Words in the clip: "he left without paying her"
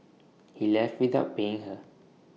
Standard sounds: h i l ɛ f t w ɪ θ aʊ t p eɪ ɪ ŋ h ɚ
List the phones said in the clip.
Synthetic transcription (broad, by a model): h i l ɛ f t w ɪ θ aʊ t b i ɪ ŋ h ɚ